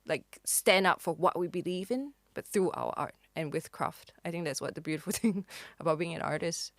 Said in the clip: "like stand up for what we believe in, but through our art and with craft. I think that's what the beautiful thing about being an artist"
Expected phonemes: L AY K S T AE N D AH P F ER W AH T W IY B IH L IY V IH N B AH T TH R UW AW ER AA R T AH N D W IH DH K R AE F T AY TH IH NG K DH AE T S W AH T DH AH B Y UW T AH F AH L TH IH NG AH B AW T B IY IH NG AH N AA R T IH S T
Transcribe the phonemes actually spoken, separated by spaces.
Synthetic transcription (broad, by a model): L AY K S T AE N D AH P F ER W AH T W IY B IH L IY V IH N B AH T TH R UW AW ER AA R T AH N W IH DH K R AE F T AY TH IH NG K DH AE T S W AH T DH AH B Y UW T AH F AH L TH IH NG AH B AW T B IY IH NG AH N AA R T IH S T